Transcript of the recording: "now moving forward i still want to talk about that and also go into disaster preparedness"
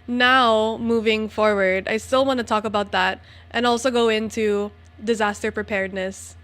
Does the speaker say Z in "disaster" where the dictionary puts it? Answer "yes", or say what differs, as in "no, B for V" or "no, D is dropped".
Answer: yes